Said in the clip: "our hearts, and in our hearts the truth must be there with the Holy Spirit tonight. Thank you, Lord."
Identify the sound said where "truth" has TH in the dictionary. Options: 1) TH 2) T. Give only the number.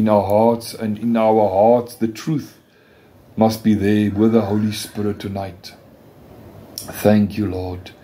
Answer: 1